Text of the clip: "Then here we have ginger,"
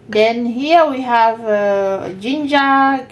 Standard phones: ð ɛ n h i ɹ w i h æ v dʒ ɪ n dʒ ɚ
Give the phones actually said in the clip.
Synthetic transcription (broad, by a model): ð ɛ n h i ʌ w i h æ v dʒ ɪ n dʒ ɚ